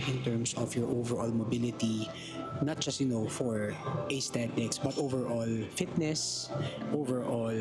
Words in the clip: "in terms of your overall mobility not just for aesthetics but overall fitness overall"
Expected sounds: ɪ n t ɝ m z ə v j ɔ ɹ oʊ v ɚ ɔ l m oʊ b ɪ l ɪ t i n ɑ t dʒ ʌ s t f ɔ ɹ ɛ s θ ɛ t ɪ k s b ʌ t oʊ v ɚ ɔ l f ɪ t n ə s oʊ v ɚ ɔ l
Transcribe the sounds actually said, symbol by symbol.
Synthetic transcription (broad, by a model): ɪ n t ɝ m s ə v j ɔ ɹ oʊ v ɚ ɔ l m oʊ b ɪ l ɪ t i n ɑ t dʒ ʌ s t f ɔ ɹ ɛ s t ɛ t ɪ k s b ʌ t oʊ v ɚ ɔ l f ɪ t n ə s oʊ v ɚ ɔ l